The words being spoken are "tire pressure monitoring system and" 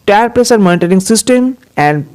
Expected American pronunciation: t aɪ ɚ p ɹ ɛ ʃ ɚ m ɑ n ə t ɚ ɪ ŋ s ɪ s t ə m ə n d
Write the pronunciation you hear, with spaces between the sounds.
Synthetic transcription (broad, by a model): t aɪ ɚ p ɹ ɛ s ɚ m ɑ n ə t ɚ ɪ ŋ s ɪ s t ə m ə n d